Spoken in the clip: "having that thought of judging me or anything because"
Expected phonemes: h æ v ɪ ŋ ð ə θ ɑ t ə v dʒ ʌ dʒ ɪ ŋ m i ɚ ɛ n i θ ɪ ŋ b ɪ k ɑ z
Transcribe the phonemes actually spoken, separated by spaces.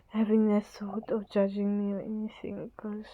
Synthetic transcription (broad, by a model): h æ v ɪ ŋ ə s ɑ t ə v dʒ ʌ dʒ ɪ ŋ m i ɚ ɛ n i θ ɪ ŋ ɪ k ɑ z